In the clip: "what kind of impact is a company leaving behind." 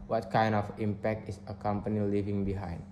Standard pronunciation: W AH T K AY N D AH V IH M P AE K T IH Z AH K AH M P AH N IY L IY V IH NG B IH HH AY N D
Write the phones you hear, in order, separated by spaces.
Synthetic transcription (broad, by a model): W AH T K AY N D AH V IH M P AE K T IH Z AH K AH M P AH N IY L IY V IH NG B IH HH AY N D